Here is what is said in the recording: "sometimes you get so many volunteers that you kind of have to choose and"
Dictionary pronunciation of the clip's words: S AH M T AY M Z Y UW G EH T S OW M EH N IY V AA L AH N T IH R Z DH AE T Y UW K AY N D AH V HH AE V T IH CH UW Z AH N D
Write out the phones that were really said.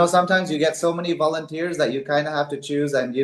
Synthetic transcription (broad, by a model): S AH M T AY M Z Y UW G EH T S OW M EH N IY V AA L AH N T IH R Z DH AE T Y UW K AY N D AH HH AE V T IH CH UW Z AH N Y